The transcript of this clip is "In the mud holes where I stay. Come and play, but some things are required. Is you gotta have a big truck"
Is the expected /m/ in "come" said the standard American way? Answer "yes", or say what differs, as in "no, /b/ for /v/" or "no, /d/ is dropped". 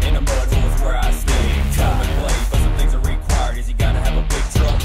no, /m/ is dropped